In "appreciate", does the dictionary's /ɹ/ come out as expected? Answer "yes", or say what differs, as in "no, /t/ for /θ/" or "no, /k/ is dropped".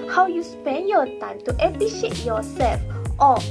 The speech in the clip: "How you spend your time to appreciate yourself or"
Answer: no, /ɹ/ is dropped